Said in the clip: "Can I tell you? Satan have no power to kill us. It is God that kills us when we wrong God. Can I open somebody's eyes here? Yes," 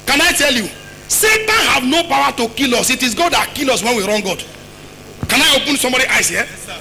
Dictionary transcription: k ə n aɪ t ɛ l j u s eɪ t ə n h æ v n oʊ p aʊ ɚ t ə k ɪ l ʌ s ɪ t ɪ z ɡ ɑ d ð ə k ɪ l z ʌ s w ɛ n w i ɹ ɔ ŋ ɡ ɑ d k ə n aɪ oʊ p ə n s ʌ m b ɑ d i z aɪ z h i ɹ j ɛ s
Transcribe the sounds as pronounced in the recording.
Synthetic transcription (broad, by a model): k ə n aɪ t ɛ l j u s eɪ t ə n h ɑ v n oʊ p aʊ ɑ t ə k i l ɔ s ɪ t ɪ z ɡ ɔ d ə k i l ɔ s w ɛ n w i ɹ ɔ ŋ ɡ ɑ d k ə n aɪ oʊ p ə n s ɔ m b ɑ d i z aɪ s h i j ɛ